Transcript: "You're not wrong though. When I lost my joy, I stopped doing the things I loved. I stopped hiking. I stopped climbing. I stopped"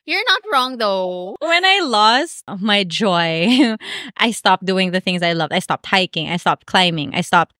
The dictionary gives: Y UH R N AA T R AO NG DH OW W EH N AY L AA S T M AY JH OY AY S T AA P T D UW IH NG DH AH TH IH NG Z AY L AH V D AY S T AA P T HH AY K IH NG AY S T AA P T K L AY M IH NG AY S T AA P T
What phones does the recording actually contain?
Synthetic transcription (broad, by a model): Y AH R N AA T R AO NG DH OW W EH N AY L AA S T M AY JH OY AY S T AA P D UW IH NG DH AH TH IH NG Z AY L AH V D AY S T AA P T HH AY K IH NG AY S T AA P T K L AY M IH NG AY S T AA P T